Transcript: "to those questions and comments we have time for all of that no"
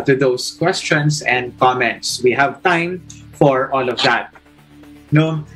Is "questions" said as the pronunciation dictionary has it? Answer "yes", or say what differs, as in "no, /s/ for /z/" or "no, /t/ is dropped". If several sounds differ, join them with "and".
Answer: no, /s/ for /z/